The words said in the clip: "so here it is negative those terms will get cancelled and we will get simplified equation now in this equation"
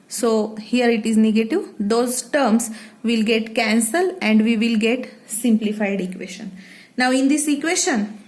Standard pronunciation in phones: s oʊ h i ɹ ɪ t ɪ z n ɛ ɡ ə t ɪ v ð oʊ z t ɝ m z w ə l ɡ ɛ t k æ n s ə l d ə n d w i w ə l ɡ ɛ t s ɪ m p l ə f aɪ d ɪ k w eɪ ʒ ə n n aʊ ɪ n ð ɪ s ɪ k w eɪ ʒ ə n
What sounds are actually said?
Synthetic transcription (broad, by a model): s oʊ h i ɹ ɪ t ɪ z n ɛ ɡ ə t ɪ v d oʊ z t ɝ m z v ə l ɡ ɛ t k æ n s ə l ə n d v i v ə l ɡ ɛ t s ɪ m p l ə f aɪ d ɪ k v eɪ ʃ ə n n aʊ ɪ n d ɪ s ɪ k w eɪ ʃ ə n